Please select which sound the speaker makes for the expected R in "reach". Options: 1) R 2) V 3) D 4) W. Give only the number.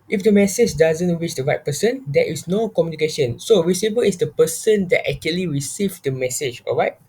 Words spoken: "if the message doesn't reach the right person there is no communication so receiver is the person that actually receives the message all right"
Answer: 4